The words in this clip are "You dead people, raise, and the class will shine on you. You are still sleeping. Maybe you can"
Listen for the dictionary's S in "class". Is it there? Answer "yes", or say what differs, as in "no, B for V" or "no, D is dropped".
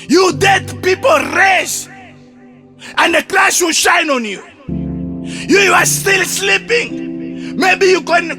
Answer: no, SH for S